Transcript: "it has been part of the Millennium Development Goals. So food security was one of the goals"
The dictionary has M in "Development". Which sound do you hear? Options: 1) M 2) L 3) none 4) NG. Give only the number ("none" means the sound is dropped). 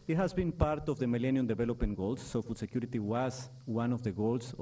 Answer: 3